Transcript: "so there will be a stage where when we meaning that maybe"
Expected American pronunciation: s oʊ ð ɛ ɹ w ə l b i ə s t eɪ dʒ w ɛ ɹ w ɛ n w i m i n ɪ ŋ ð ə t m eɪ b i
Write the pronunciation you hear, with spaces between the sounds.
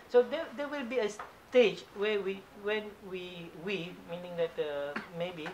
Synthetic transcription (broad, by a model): s oʊ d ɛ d w ə l b i ə s t eɪ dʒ w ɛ w w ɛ n w i m i n ɪ ŋ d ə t m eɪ b i